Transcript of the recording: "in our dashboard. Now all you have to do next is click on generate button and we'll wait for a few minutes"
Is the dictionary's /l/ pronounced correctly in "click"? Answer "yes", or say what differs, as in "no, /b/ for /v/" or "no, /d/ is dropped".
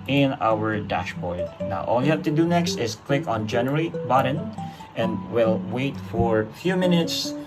yes